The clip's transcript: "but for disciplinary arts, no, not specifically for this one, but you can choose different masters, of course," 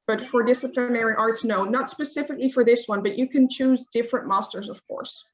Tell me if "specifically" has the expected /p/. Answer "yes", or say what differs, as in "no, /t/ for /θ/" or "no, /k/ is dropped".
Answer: yes